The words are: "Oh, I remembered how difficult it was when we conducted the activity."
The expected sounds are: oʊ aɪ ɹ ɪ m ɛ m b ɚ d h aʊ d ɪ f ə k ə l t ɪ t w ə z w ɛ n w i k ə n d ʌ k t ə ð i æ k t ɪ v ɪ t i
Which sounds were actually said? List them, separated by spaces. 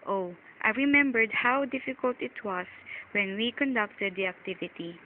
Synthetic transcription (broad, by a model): oʊ aɪ ɹ ɪ m ɛ m b ɚ d h aʊ d ɪ f ə k ə l t ɪ t w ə s w ɛ n w i k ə n d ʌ k t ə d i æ k t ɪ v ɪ t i